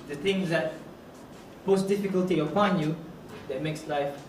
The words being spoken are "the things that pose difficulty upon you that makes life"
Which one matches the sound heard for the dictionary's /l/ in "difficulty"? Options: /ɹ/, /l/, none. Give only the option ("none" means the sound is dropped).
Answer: /l/